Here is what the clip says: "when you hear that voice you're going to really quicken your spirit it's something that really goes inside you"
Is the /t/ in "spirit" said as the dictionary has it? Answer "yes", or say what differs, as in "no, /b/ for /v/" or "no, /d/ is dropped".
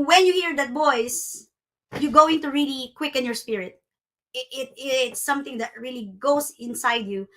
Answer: yes